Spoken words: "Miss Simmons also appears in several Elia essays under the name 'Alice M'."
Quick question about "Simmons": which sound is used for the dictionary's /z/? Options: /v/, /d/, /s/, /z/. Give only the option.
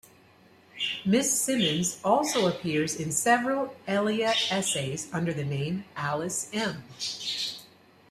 /z/